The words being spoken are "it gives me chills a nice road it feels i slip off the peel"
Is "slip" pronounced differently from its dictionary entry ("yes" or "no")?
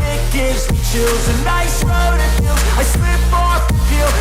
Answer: yes